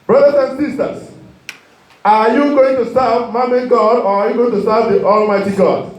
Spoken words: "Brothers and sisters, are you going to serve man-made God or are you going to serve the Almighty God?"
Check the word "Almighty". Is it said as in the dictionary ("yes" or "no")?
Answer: yes